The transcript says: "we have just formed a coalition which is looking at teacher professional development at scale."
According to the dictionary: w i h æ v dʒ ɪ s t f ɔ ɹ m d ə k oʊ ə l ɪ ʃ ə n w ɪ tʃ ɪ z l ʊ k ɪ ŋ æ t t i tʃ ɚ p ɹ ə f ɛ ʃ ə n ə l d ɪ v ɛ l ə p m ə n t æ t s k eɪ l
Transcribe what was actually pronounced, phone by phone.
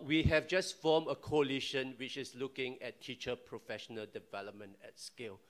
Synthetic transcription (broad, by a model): w i h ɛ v dʒ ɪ s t f ɔ m ə k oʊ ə l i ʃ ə n w ɪ tʃ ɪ s l ʊ k ɪ ŋ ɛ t t i tʃ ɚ p ɹ ə f ɛ ʃ ə n ə l d ɪ v ɛ l ə p m ə n t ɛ t s k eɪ l